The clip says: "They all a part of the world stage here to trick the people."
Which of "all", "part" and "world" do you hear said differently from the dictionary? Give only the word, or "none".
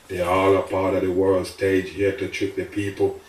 none